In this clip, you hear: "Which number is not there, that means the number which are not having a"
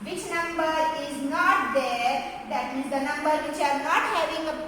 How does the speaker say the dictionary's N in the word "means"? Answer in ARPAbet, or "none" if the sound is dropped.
none